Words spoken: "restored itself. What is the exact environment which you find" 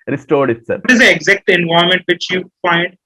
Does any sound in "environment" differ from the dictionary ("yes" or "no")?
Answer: yes